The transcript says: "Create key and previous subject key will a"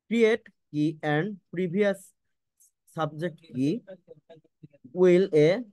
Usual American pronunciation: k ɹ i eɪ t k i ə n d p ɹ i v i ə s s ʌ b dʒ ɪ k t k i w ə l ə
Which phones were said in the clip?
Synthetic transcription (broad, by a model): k ɹ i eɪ t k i ə n d p ɹ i b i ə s s ʌ b dʒ ɪ k t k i w ə l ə